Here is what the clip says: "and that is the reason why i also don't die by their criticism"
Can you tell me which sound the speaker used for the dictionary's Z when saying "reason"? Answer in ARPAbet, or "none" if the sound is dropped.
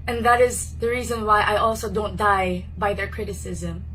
Z